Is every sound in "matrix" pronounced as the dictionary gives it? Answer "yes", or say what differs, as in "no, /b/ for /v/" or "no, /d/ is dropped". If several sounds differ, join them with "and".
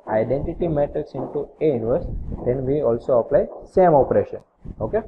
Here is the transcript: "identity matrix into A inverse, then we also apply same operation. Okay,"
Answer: no, /ɹ/ is dropped